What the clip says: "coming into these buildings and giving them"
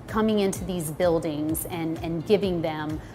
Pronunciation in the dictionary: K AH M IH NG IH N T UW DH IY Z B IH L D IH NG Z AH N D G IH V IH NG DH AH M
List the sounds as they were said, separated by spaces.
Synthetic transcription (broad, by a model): K AH M IH NG IH N T UW DH IY Z B IH L D IH NG Z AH N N G IH V IH NG DH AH M